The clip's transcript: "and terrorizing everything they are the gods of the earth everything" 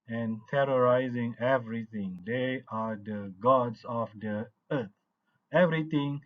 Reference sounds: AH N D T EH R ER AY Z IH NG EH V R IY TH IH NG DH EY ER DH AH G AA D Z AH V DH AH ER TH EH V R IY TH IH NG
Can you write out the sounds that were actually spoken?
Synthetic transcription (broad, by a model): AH N T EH R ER AY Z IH NG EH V R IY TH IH NG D EY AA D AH G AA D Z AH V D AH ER T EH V R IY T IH NG